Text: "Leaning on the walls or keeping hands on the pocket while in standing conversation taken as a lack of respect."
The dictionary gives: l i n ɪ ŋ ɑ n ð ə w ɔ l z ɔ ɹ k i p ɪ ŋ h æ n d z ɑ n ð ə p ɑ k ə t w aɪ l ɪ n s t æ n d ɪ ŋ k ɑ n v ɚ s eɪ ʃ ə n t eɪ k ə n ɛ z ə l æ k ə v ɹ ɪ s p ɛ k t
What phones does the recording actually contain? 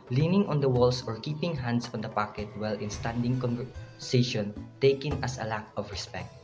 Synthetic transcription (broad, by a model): l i n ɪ ŋ ɑ n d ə w ɔ l s ɔ ɹ k i p ɪ ŋ h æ n d s ɑ n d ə p ɑ k ə t w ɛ l ɪ n s t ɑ n d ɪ ŋ k ɑ n v ɚ s eɪ ʃ ə n t eɪ k ə n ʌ s ə l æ k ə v ɹ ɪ s p ɛ k t